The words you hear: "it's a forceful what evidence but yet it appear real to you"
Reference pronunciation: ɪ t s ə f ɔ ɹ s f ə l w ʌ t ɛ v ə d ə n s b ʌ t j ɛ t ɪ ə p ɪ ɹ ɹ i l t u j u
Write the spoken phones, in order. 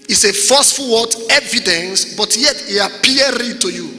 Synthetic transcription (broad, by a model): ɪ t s ə f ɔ s f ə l w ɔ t ɛ v ə d ə n s b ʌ t j ɛ t ɪ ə p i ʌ ɹ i t u j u